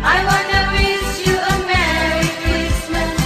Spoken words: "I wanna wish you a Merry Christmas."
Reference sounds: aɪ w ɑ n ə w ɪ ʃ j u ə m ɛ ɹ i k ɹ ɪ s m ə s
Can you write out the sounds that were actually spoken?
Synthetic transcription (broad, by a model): aɪ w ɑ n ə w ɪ s j u ə m ɛ ɹ i k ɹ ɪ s m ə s